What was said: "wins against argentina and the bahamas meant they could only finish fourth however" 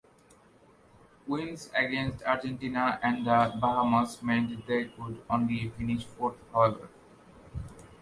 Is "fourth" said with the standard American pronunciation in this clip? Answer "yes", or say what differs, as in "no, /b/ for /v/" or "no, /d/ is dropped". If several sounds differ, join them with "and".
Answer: no, /t/ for /θ/